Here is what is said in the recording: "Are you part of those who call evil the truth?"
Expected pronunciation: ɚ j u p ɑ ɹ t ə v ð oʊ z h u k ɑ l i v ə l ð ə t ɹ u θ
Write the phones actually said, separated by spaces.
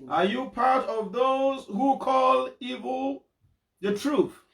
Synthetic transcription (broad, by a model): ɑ j u p ɑ ɹ t ə v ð oʊ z h u k ɑ l i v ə l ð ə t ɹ u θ